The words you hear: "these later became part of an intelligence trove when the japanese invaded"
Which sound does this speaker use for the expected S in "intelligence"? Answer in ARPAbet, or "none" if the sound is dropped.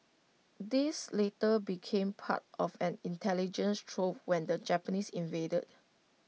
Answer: S